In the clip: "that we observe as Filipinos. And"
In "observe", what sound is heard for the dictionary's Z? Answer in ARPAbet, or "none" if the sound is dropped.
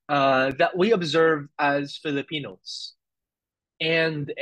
Z